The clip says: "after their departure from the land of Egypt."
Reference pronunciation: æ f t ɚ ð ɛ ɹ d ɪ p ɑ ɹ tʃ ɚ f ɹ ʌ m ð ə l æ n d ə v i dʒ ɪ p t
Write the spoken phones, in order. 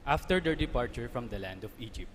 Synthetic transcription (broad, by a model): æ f t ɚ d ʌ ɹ d ɪ p ɑ ɹ tʃ ɚ f ɹ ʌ m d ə l æ n d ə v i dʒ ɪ p t